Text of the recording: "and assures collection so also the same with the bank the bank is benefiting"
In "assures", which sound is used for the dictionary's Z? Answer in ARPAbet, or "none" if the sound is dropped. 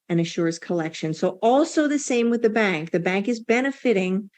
S